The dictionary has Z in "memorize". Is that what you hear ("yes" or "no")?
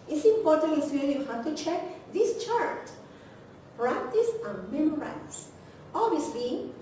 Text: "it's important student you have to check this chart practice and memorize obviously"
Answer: no